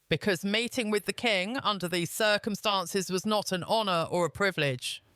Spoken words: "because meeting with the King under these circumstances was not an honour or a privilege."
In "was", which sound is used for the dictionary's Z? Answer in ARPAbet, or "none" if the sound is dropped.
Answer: Z